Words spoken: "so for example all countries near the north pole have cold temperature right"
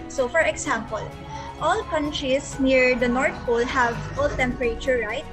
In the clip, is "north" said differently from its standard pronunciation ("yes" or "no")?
yes